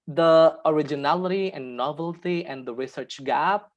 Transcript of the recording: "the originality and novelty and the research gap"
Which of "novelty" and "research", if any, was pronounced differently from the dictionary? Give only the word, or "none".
none